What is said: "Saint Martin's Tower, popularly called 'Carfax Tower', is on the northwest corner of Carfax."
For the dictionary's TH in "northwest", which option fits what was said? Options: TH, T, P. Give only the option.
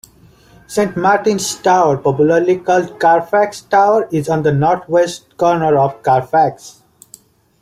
T